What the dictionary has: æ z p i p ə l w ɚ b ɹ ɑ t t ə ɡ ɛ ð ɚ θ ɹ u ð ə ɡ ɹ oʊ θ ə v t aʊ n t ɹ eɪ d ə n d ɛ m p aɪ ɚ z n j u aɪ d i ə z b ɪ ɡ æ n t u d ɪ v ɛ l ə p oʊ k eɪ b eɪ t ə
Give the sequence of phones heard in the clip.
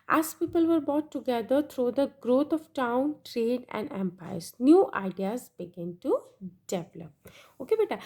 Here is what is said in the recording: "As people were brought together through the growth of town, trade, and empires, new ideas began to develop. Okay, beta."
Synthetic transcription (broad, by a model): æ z p i p ə l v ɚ b ɑ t t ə ɡ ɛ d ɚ t ɹ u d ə ɡ ɹ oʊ t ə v t aʊ n t ɹ eɪ d ə n d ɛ m p aɪ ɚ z n j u aɪ d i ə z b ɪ ɡ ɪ n t u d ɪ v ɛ l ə p oʊ k eɪ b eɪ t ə